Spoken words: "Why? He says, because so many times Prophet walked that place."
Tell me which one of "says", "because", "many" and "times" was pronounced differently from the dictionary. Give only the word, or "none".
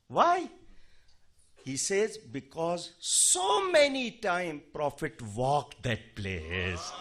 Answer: times